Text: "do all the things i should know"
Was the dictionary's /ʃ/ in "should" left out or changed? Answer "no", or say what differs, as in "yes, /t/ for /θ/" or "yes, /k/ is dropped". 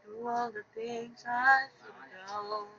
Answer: yes, /s/ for /ʃ/